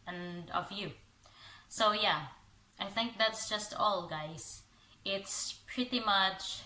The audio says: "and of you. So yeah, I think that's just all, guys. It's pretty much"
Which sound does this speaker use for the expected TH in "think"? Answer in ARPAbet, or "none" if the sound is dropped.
TH